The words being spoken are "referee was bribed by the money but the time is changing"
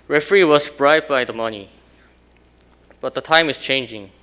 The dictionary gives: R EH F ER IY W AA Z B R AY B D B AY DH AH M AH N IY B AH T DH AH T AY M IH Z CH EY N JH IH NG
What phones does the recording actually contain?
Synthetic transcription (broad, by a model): R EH F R IY W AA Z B R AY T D B AY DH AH M AH N IY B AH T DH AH T AY M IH S CH EY N JH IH NG